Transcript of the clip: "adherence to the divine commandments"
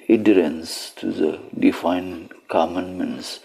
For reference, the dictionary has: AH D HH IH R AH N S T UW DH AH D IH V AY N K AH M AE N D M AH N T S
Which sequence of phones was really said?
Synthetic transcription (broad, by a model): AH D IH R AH N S T UW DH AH D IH F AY N K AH M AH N M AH N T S